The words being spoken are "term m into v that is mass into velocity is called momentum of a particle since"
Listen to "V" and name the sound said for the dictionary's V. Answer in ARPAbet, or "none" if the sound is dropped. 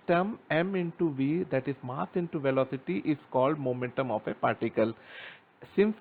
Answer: V